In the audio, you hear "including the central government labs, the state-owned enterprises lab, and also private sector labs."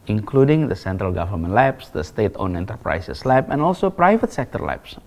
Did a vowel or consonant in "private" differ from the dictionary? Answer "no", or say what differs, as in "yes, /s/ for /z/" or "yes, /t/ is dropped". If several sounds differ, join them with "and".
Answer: no